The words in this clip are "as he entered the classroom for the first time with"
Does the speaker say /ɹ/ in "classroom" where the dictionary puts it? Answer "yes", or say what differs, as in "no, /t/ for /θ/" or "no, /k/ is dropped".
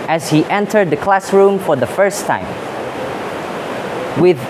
yes